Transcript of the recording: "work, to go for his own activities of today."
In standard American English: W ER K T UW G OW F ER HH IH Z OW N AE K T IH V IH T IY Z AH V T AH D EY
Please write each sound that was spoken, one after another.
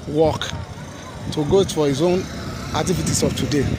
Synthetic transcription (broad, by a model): W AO K T UW G OW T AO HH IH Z OW N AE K T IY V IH T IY S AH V T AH D EY